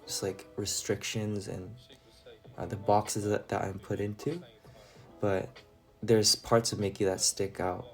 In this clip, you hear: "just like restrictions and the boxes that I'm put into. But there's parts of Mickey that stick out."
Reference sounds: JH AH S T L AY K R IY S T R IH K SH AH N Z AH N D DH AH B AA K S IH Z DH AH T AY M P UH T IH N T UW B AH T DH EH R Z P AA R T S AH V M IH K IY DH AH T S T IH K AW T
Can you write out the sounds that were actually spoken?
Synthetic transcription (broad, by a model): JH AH S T L AY K R IY S T R IH K SH AH N Z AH N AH DH AH B AA K S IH Z DH AH T AY M P UH T IH N T UW B AH T DH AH R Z P AA R T S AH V M IH K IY DH AH T S T IH K AW T